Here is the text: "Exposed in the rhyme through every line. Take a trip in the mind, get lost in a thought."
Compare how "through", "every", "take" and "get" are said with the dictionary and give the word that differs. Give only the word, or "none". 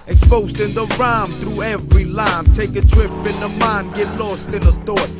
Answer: none